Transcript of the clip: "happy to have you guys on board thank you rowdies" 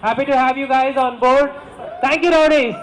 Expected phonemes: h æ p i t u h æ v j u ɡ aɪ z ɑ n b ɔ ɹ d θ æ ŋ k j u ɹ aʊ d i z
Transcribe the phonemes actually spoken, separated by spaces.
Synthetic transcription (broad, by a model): h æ p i t u h æ v j u ɡ aɪ z ɑ n b ɔ ɹ d t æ ŋ k j u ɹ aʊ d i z